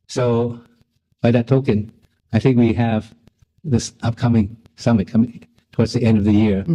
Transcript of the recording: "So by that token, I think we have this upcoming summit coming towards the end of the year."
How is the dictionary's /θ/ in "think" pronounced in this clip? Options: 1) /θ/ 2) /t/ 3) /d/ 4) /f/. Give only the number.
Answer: 1